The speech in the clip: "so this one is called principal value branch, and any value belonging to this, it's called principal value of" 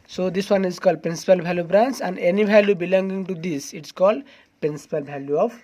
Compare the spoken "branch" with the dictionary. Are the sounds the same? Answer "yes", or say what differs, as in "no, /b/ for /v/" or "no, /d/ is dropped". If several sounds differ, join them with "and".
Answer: no, /s/ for /tʃ/